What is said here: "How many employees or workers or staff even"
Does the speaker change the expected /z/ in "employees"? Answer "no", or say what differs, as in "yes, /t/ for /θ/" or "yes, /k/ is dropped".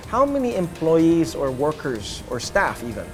no